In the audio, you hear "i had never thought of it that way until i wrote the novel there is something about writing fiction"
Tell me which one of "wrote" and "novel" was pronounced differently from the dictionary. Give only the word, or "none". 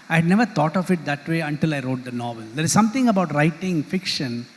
none